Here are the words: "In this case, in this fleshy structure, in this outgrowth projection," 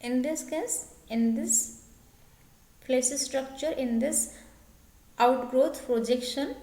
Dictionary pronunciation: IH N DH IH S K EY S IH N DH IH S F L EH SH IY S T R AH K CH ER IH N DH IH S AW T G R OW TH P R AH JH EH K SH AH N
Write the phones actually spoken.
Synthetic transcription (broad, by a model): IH N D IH S K EY S IH N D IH S P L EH S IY S T R AH K CH ER IH N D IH S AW T G R OW T P R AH JH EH K SH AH N